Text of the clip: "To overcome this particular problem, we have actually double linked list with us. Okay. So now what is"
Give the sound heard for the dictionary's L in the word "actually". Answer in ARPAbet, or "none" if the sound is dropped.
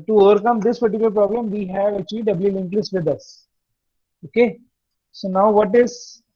none